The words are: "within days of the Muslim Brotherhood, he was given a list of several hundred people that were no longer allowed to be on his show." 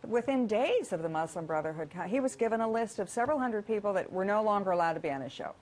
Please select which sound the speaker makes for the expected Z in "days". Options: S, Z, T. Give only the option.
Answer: Z